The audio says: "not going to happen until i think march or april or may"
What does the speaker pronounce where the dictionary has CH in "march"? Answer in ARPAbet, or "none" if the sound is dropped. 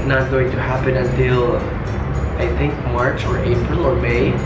CH